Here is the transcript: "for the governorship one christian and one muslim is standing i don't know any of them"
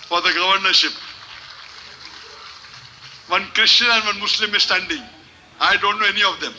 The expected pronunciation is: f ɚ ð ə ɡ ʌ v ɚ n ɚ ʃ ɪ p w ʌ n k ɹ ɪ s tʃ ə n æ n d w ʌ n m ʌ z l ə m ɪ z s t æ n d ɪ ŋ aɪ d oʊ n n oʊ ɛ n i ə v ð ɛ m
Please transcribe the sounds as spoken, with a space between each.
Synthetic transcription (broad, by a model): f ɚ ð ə ɡ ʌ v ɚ n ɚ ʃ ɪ p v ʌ n k ɹ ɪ ʃ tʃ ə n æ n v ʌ n m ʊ s l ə m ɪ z s t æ n d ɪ ŋ aɪ d oʊ n n oʊ ɛ n i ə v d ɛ m